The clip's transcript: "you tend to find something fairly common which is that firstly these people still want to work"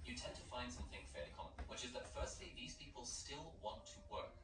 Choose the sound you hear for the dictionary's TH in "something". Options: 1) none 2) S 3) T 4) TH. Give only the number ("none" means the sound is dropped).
4